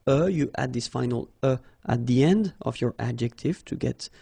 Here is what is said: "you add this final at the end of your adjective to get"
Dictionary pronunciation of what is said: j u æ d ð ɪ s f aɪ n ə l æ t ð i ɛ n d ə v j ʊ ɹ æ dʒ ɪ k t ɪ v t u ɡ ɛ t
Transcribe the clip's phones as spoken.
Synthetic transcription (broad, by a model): j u æ d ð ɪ s f aɪ n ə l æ t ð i ɛ n d ə v j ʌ ɹ æ dʒ ɪ k t ɪ v t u ɡ ɛ t